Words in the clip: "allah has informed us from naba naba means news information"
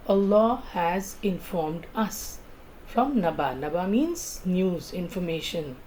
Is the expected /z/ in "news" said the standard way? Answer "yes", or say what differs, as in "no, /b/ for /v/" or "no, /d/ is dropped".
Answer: yes